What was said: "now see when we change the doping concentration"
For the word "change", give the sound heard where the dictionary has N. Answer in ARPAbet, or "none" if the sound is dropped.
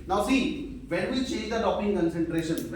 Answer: none